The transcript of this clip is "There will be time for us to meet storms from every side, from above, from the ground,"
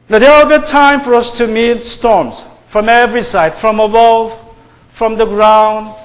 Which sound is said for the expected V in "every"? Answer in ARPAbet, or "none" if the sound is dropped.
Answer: V